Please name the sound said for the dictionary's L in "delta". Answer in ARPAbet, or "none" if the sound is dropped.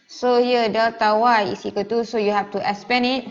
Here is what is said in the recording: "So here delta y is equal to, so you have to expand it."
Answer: none